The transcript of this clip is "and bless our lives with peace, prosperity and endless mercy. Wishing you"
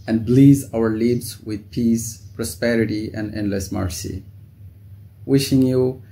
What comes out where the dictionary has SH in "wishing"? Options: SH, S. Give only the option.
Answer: SH